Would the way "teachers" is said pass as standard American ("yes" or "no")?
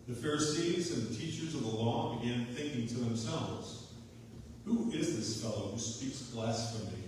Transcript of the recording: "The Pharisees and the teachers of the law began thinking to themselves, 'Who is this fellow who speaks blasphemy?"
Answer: yes